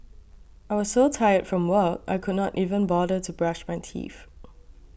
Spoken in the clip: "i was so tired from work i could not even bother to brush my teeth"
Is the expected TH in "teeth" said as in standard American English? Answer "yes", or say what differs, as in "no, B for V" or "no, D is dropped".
no, F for TH